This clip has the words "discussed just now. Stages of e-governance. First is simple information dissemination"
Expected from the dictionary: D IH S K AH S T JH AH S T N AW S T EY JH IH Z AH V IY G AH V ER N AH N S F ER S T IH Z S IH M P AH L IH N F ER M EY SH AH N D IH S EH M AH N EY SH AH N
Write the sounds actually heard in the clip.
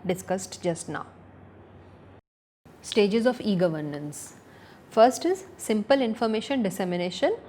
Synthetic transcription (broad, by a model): D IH S K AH S T JH AH S T N AW S T EY JH IH Z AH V IY G AH V ER N AH N S F ER S T IH Z S IH M P AH L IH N F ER M EY SH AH N D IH S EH M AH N EY SH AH N